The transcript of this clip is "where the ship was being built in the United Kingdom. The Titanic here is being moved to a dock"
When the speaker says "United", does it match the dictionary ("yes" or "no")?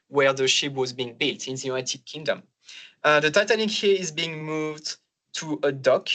no